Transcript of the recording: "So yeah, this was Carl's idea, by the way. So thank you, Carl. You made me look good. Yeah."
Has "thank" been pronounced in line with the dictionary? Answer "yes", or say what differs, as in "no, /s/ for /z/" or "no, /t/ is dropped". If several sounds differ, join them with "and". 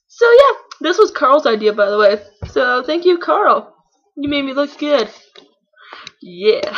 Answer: yes